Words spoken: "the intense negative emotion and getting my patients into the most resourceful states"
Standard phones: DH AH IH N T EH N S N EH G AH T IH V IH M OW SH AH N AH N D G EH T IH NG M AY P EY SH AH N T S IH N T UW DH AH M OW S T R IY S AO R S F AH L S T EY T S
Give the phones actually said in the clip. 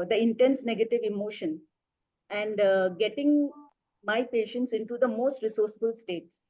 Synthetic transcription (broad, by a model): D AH IH N T EH N S N EH G AH T IH V IH M OW SH AH N AH N D G EH T IH NG M AY P EY SH AH N T S IH N T UW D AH M OW S T R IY S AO R S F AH L S T EY T S